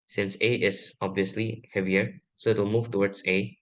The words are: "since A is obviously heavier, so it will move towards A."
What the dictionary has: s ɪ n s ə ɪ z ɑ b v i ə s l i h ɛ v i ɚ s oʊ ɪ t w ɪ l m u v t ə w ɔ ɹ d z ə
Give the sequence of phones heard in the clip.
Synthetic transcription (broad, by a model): s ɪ n s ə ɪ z ɑ b v i ə s l i h ɛ v i ɚ s oʊ ɪ t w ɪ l m u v t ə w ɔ ɹ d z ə